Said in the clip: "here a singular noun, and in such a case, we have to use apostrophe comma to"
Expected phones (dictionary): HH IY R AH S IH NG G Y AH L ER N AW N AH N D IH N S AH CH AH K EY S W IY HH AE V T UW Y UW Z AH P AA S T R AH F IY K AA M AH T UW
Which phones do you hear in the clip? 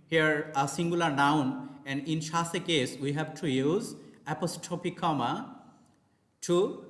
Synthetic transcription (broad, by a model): HH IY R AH S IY NG G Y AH L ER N AW N AH N D IH N SH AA S AH K EY S W IY HH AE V T UW Y UW Z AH P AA S T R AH P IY K AA M AH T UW